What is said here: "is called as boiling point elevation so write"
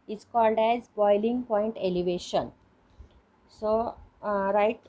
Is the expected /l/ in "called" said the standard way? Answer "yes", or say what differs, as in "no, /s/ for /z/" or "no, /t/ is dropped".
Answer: yes